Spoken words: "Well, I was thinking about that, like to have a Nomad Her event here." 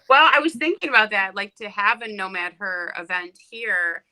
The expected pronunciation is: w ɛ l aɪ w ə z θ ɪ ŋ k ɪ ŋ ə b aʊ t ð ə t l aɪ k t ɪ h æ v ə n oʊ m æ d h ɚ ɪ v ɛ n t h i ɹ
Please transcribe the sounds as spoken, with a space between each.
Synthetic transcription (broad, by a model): w ɛ l aɪ w ə z θ ɪ ŋ k ɪ ŋ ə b aʊ t ð ə t l aɪ k t ɪ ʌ v ə n oʊ m æ d h ɚ ɪ v ɛ n t h i ɹ